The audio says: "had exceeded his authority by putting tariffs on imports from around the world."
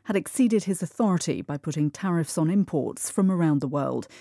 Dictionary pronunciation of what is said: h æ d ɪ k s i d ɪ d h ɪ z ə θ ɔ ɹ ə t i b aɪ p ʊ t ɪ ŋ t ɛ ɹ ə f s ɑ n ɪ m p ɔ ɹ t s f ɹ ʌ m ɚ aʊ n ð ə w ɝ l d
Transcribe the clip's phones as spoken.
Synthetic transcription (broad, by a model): h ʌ d ɪ k s i d ɪ d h ɪ z ə θ ɔ ɹ ə t i b aɪ p ʊ t ɪ ŋ t ɛ ɹ ə f s n ɪ m p ɔ ɹ t s f ɹ ʌ m ɚ aʊ n ð ə w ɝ l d